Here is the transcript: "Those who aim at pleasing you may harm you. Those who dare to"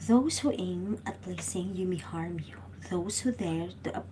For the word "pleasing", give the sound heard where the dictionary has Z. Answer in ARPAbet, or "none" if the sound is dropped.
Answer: S